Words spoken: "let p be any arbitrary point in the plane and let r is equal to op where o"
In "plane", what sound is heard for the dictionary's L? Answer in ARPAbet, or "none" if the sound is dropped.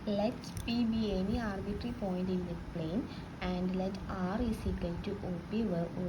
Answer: L